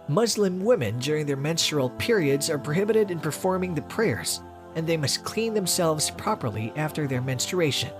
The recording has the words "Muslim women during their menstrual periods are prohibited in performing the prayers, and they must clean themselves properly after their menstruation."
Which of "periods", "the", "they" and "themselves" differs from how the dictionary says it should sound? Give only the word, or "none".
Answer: none